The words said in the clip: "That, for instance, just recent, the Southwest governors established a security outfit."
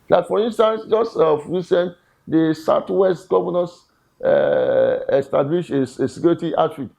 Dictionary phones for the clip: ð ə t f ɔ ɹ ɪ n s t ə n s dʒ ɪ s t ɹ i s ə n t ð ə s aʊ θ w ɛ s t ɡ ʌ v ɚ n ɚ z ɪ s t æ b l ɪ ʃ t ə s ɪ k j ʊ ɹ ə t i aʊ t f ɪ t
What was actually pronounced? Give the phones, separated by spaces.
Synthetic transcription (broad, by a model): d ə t f ɔ ɹ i n s t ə n s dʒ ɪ s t ɹ i s ə n t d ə s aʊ t w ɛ s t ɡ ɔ v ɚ n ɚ s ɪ s t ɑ b l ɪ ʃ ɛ ə s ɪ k j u ɹ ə t i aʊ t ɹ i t